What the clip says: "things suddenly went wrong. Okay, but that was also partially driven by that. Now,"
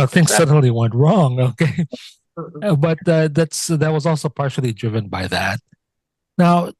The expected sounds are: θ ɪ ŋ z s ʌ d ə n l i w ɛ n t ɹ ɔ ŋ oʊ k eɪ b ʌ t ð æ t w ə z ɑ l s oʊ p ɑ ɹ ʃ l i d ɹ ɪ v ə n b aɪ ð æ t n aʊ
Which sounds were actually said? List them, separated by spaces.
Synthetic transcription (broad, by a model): θ ɪ ŋ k s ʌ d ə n l i w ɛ n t ɹ ɔ ŋ oʊ k eɪ b ʌ t ð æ t w ə z ɑ l s oʊ p ɑ ɹ ʃ l i d ɹ ɪ v ə n b aɪ ð æ t n aʊ